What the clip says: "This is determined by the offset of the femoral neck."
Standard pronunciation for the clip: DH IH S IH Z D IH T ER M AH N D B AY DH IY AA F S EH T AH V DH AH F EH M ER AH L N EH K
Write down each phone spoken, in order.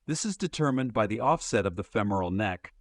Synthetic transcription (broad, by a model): DH IH S IH Z D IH T ER M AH N B AY DH IY AA F S EH T AH V DH AH F EH M ER L N EH K